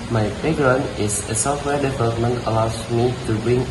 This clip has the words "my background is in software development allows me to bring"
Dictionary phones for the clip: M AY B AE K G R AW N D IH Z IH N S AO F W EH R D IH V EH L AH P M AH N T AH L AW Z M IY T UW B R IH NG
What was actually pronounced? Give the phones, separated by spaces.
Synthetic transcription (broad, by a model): M AY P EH G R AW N IH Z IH S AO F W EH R D IH V EH L AH P M AH N T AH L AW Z M IY T UW B R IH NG